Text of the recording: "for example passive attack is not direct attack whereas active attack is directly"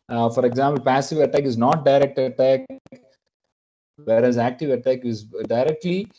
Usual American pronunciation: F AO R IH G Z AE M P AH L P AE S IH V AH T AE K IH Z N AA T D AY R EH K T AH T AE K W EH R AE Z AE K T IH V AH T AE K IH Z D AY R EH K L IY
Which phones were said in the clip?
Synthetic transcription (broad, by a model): F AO R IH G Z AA M P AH L P AE S IH V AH T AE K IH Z N AA T D AY R EH K T AH T AE K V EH R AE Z AE K T IH V AH T AE K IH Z D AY R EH K L IY